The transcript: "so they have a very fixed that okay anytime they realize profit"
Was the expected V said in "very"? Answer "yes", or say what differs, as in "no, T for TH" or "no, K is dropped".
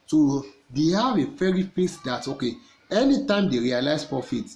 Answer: no, F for V